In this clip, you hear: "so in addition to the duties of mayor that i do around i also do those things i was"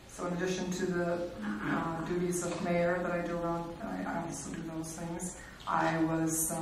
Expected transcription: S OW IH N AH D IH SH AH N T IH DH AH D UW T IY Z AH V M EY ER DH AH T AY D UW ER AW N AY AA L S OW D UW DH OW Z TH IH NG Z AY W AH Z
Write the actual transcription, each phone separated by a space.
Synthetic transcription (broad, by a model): S OW IH N AH D IH SH AH N T IH DH AH D UW T IY Z AH V M EY ER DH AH T AY D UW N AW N AY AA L S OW D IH DH OW Z TH IH NG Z AY W AH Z